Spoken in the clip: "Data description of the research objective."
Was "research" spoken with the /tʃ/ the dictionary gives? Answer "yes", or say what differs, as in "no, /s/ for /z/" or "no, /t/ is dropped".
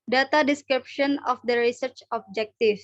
yes